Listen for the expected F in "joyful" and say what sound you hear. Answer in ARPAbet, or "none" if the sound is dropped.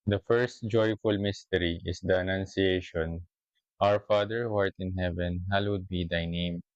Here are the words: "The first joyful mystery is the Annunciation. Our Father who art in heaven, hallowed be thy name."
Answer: F